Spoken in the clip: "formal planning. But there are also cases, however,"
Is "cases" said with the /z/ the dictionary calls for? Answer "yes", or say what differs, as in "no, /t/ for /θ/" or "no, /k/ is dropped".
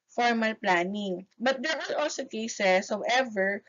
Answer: no, /s/ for /z/